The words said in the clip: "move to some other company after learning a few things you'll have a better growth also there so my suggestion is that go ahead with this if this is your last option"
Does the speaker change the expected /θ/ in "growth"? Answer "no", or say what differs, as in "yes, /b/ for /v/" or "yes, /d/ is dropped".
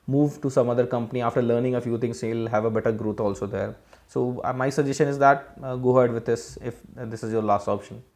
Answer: yes, /t/ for /θ/